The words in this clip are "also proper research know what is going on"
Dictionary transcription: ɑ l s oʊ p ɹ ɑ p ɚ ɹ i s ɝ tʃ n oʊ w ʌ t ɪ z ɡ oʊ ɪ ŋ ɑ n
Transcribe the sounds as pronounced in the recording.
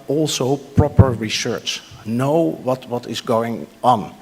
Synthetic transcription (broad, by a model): ɑ l s oʊ p ɹ ɑ p ɚ ɹ i s ɝ tʃ n oʊ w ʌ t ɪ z ɡ oʊ ɪ ŋ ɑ n